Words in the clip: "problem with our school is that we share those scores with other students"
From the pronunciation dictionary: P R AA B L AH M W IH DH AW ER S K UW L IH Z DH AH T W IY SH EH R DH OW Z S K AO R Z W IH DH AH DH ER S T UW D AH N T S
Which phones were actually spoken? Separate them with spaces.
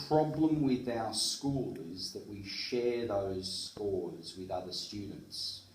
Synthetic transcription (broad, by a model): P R AA B L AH M W IH DH AW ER S K UW L IH Z DH AH T W IY SH EH R DH OW Z S K AO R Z W IH DH AH DH ER S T UW D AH N T S